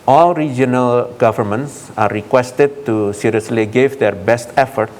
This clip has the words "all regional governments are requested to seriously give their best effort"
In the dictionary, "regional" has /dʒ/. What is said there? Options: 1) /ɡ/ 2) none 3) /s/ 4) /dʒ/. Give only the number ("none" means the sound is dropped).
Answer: 4